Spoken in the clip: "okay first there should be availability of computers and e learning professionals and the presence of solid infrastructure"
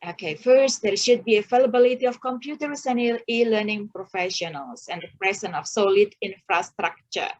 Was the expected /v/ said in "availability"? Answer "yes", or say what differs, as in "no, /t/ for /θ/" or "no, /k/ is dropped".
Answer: no, /f/ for /v/